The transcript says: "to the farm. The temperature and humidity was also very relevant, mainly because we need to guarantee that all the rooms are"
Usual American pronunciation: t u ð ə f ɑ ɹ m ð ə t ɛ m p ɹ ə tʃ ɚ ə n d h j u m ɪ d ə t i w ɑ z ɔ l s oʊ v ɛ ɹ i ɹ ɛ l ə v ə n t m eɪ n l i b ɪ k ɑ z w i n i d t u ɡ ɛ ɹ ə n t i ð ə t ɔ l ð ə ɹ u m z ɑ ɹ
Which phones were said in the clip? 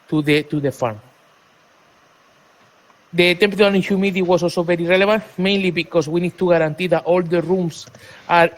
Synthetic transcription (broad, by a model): t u ð ə f ɑ ɹ m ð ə t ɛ m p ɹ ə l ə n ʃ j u m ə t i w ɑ s ɔ l s oʊ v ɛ ɹ i ɹ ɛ l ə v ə n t m eɪ n l i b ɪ k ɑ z w i n i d t u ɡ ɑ ɹ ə n t i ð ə t ɔ l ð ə ɹ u m s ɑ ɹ